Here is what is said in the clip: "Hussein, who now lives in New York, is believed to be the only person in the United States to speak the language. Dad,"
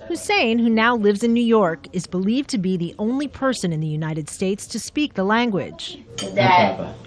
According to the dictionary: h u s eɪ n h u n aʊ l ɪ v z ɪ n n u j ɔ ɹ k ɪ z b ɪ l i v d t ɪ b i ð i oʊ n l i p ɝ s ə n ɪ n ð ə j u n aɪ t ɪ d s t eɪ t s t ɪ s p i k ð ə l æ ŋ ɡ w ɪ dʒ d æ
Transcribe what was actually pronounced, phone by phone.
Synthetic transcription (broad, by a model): h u s eɪ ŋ h u n aʊ l ɪ v z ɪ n n u j ɔ ɹ k ɪ z b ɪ l i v t ɪ b i ð i oʊ n l i p ɝ s ə n ɪ n ð ə j u n aɪ t ɪ d s t eɪ t s t ɪ s p i k ð ə l æ ŋ ɡ w ɪ dʒ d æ